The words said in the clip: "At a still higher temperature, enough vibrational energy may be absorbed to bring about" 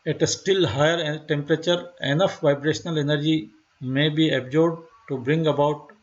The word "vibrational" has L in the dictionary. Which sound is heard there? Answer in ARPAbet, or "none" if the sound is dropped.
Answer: L